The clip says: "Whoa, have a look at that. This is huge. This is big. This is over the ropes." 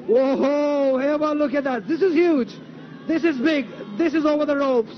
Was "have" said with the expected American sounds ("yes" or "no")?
no